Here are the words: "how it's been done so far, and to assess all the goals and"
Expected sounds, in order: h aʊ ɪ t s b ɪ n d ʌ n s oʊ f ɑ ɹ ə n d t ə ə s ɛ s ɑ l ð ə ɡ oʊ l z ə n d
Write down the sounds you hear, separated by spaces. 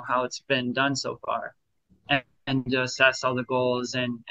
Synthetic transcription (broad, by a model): h aʊ ɪ t s b ɪ n d ʌ n s oʊ f ɑ ɹ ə n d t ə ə s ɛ s ɑ l ð ə ɡ oʊ l z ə n